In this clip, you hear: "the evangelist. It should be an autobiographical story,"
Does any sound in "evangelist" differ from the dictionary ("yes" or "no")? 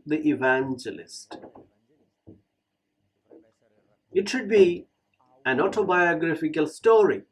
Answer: no